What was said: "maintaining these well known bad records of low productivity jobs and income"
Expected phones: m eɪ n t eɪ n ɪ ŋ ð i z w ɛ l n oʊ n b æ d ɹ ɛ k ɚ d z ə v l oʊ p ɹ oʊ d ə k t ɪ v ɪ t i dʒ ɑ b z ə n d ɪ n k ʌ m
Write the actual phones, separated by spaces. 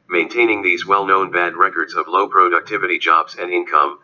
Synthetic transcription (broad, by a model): m eɪ n t eɪ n ɪ ŋ ð i z w ɛ l n oʊ n b æ d ɹ ɛ k ɚ d z ə v l oʊ p ɹ oʊ d ə k t ɪ v ɪ t i dʒ ɑ b z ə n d ɪ n k ʌ m